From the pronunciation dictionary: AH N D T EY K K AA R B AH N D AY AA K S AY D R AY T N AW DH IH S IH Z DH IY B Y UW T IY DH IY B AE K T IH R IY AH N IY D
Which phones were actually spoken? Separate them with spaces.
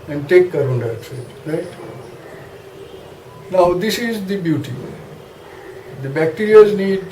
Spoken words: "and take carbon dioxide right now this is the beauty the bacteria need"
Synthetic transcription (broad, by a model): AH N D T EY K K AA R AH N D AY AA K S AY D R AY T N AW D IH S IH Z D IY B Y UW T IY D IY B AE K T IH R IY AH N IY D